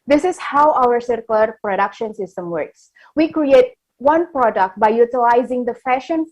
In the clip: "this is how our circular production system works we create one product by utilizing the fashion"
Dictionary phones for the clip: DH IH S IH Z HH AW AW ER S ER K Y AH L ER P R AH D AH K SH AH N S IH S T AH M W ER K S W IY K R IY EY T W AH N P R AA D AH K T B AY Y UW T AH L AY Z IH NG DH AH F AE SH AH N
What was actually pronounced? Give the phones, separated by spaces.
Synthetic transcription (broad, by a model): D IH S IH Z HH AW AW ER S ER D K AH L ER P R AH D AH K SH AH N S IH S T AH M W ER K S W IY K R IY EY T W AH N P R AA D AH K T B AY Y UW T AH L AY Z IH NG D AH F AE SH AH N